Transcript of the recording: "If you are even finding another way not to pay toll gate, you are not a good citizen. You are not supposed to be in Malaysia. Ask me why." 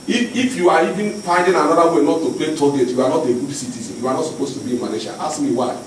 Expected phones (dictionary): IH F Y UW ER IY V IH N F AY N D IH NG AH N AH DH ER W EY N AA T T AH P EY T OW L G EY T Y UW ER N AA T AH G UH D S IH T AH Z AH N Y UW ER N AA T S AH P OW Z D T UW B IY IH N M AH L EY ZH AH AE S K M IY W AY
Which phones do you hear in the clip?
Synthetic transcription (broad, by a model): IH F Y UW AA IY V IH N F AY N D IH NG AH N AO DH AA W EY N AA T T AH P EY T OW G EY T Y UW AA N AA T AH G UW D S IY T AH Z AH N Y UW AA N AA T S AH P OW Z T UW B IY M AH N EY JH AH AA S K M IY W AY